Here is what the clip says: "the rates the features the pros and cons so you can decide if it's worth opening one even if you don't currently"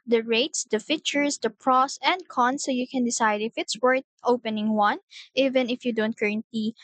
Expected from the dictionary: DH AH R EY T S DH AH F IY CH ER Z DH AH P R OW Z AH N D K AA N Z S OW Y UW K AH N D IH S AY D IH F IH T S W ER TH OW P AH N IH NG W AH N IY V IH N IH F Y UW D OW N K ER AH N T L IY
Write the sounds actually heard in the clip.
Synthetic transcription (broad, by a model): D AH R EY T S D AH F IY CH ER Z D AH P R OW S AH N D K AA N S OW Y UW K AH N D IH S AY D IH F IH T S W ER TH OW P AH N IH NG W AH N IY V IH N IH F Y UW D OW N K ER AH N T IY